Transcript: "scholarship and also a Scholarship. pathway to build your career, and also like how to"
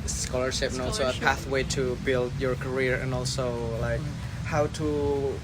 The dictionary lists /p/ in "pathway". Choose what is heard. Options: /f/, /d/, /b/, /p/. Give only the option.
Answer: /p/